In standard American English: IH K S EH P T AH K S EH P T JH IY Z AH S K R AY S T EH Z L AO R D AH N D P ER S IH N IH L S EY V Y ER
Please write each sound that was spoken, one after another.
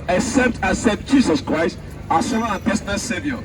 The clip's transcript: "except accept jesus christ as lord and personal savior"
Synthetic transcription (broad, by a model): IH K S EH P T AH S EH T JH IY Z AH S K R AY S T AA S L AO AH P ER S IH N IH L S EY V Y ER